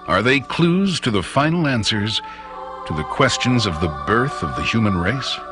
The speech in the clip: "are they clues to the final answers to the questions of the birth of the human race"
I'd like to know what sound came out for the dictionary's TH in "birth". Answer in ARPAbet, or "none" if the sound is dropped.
TH